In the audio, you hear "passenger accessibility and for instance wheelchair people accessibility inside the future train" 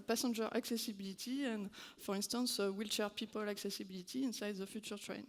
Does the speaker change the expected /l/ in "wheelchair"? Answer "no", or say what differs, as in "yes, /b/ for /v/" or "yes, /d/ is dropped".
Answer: no